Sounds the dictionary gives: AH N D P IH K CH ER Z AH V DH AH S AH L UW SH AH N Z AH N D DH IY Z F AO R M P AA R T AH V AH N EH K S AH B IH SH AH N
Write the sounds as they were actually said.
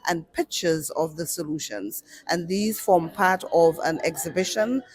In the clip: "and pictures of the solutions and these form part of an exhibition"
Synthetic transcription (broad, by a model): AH N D P IH K CH ER Z AH V DH AH S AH L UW SH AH N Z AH N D DH IY Z F AO R M P AA R T AH V AH N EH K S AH B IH SH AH N